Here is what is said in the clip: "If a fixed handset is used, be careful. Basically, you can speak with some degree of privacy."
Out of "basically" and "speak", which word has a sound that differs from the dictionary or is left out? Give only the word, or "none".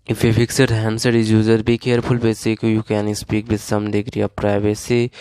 basically